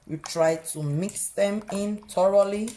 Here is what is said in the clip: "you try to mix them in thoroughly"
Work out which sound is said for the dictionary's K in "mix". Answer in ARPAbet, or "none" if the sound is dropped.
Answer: K